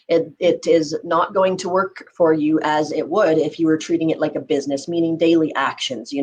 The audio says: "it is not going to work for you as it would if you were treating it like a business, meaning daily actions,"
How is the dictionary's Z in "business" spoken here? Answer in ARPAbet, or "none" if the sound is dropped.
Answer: Z